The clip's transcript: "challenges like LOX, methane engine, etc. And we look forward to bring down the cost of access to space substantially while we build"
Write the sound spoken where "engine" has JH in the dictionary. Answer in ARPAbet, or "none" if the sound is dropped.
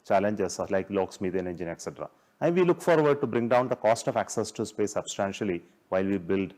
JH